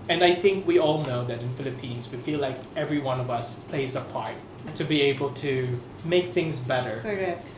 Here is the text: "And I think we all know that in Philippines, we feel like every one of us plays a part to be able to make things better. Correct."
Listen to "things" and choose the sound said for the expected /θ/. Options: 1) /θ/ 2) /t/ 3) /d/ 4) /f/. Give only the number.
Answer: 1